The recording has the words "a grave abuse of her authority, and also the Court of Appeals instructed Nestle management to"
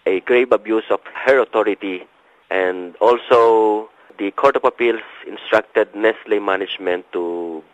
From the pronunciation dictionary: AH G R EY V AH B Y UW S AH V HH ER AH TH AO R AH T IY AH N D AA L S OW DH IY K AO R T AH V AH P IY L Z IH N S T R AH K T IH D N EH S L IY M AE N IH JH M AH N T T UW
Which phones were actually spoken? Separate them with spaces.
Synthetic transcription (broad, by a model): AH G R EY B AH B Y UW S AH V HH ER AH T AO R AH T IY AH N D AA L S OW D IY K AO R T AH P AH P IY L S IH N S T R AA K T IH D N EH S L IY M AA N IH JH M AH N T T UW